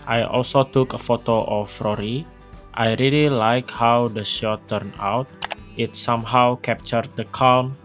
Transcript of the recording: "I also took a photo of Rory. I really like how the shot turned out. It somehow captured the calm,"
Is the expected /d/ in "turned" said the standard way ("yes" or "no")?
no